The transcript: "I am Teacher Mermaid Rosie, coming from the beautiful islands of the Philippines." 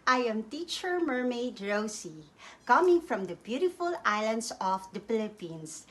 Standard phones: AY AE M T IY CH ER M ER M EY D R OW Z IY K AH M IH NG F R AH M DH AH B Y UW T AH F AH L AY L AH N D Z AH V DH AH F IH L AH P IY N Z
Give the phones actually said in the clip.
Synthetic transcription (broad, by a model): AY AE M T IY CH ER M ER M EY D R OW S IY K AH M IH NG F R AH M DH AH B Y UW T AH F AH L AY L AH N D S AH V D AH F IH L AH P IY N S